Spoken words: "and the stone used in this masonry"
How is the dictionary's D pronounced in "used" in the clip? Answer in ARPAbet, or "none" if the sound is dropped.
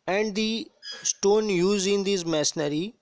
none